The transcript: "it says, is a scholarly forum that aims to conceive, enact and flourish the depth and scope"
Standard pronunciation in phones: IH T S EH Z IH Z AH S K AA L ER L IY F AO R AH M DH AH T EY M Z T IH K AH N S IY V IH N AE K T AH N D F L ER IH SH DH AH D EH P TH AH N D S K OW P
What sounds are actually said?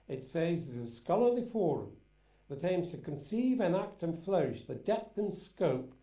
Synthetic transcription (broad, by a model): IH T S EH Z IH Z AH S K AA L ER L IY F AO R AH M DH AH T EY M Z T IH K AH N S IY V IH N AE K T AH N F L ER IH SH DH AH D EH P TH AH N S K OW P